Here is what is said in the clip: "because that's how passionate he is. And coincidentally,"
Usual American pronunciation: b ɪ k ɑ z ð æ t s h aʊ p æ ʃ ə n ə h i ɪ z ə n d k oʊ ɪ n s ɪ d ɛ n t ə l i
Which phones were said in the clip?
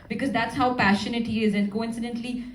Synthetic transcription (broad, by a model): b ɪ k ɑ z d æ t s h aʊ p æ ʃ ə n ə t i ɪ z ə n d k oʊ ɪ n s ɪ d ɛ n t l i